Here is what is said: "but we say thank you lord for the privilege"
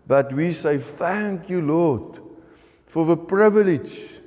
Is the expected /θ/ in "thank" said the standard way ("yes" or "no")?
yes